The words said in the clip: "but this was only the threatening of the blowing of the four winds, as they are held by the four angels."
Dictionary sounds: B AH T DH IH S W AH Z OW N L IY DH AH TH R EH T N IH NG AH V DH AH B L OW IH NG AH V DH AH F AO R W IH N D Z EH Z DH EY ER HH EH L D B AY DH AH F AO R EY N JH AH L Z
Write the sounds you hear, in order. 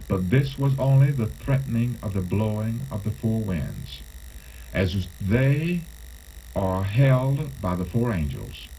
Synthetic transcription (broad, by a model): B AH T DH IH S W AH Z OW N L IY DH AH TH R EH T N IH NG AH V DH AH B L OW IH NG AH V DH AH F AO R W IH N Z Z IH Z DH EY ER HH EH L D B AY DH AH F AO R EY N JH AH L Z